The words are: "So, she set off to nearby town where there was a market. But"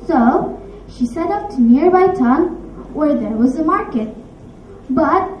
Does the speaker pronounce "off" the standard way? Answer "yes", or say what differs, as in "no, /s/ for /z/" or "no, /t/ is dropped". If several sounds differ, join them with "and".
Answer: no, /p/ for /f/